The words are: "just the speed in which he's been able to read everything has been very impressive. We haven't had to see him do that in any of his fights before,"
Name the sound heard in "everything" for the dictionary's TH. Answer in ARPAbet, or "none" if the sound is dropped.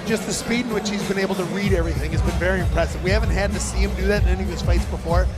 TH